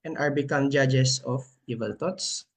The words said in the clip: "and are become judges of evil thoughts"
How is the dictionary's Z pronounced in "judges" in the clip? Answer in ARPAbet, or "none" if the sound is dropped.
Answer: S